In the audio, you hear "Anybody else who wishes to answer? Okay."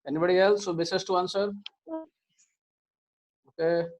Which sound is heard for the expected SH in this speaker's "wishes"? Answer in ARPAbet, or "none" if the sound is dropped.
S